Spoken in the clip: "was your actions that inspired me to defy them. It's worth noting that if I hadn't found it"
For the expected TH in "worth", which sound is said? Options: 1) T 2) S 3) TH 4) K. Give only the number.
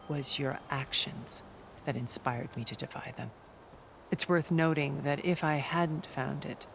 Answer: 3